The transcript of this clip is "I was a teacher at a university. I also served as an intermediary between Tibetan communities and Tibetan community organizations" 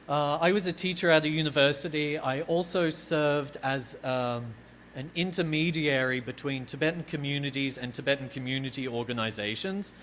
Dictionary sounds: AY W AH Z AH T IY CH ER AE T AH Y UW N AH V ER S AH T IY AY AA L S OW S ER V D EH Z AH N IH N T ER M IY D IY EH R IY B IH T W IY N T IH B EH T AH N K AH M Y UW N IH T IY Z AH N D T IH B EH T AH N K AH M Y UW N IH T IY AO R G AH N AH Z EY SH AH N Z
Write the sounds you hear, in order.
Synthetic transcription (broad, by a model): AY W AH Z AH T IY CH ER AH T AH Y UW N AH V ER S AH T IY AY AA L S OW S ER V D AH Z AH N IH N T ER M IY D IY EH R IY B IH T W IY N T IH B EH T N K AH M Y UW N IH T IY Z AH N T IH B EH T N K AH M Y UW N IH T IY AO R G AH N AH Z EY SH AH N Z